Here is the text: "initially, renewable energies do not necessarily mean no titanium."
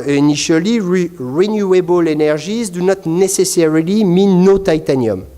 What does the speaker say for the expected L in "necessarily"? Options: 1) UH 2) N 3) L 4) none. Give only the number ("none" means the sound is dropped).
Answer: 3